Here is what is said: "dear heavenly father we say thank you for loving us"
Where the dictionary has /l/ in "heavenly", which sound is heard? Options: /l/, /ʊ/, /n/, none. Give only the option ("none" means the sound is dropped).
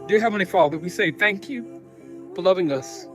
none